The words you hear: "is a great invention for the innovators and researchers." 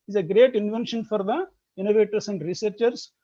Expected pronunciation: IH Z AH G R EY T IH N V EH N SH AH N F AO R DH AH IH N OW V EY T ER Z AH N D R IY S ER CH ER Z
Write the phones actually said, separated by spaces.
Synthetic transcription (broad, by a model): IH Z AH G R EY T IH N V EH N SH AH N F AO R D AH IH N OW V EY T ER S AH N D R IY S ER CH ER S